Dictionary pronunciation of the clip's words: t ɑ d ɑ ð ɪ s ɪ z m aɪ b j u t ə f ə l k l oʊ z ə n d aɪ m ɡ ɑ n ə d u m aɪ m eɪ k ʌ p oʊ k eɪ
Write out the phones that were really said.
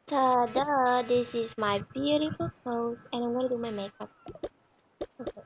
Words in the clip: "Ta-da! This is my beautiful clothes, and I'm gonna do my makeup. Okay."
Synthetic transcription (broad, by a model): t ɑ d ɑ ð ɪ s ɪ z m aɪ b j u t ə f ə l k oʊ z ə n aɪ m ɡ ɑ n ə d u m aɪ m eɪ k ʌ p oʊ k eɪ